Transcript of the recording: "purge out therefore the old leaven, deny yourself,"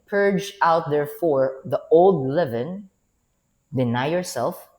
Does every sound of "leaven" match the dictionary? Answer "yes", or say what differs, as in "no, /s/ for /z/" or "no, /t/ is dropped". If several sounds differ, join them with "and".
yes